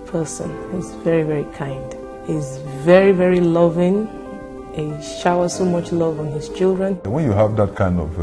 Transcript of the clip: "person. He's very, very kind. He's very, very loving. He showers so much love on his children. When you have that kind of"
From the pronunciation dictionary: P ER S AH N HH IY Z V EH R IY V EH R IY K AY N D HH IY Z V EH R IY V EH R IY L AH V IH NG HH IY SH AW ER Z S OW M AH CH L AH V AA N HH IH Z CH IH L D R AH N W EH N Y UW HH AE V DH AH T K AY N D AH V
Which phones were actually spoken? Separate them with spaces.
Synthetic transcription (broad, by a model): P ER S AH N HH IY Z V EH R IY V EH R IY K AY N D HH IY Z V EH R IY V EH R IY L AH V IH NG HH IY SH AW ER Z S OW M AH CH L AH V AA N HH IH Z CH IH L D R AH N W EH N Y UW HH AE V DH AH T K AY N D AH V